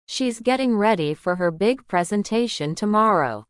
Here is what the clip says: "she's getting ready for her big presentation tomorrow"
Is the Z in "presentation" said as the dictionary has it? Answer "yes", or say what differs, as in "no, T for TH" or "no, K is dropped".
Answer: yes